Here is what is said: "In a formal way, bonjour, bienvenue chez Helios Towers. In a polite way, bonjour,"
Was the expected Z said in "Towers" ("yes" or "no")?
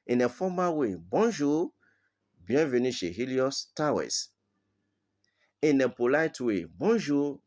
no